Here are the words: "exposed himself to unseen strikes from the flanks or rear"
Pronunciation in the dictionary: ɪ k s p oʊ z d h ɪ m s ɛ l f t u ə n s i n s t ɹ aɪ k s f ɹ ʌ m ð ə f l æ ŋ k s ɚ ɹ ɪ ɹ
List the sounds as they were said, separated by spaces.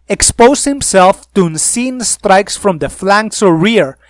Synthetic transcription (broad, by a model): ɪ k s p oʊ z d h ɪ m s ɛ l f t u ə n s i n s t ɹ aɪ k s f ɹ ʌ m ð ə f l æ ŋ k s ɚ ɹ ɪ ɹ